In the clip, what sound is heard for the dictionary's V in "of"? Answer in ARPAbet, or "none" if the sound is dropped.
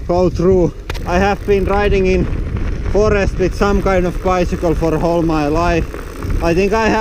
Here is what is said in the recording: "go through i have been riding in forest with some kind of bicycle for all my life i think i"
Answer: V